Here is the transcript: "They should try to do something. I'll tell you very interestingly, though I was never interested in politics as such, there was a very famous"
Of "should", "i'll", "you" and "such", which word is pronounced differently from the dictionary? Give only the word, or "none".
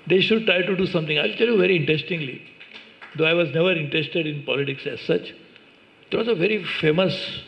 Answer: none